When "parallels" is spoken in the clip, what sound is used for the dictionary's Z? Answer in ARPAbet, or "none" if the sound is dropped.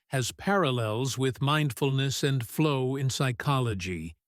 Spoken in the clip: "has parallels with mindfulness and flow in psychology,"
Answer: Z